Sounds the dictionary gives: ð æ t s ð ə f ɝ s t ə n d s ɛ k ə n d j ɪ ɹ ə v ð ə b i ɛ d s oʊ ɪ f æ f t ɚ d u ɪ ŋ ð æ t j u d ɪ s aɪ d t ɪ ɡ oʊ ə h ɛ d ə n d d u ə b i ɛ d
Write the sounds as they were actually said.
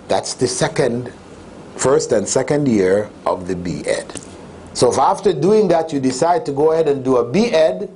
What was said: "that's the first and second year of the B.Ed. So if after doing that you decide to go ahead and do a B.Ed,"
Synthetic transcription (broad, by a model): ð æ t s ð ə f ɝ s t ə n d s ɛ k ə n d j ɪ ɹ ə v ð ə b i ɛ d s oʊ ɪ f æ f t ɚ d u ɪ ŋ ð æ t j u d ɪ s aɪ d t ɪ ɡ oʊ ə h ɛ d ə n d d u ə b i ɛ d